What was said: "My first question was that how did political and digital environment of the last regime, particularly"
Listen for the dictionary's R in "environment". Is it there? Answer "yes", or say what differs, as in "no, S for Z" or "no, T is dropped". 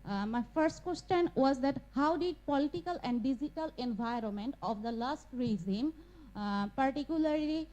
yes